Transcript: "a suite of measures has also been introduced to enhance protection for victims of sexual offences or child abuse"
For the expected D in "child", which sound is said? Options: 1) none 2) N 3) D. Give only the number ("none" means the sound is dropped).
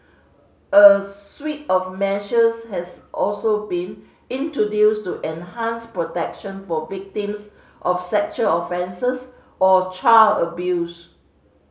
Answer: 1